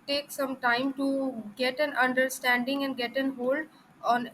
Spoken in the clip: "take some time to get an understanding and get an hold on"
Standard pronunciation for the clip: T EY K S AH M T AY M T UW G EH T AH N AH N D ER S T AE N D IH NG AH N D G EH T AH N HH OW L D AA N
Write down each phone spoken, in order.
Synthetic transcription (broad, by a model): T EY K S AH M T AY M T UW G EH T AH N AH N D ER S T AE N D IH NG AH N D G EH T AH N HH OW L D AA N